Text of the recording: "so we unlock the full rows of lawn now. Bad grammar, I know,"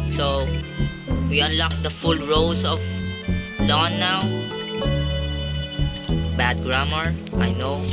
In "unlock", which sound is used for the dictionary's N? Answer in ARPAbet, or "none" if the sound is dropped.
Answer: N